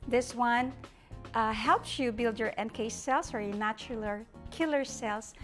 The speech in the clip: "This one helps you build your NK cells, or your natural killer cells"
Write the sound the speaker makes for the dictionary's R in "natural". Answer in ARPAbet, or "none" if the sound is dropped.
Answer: L